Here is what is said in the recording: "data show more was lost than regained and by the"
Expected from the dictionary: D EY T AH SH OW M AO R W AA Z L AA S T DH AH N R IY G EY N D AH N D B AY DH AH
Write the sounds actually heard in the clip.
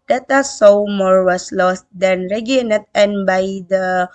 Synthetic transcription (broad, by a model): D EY T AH S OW M AO R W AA S L AA S T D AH N R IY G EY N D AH N B AY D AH